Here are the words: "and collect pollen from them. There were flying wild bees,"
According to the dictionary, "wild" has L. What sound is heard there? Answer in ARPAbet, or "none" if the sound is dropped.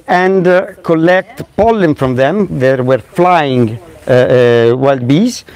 L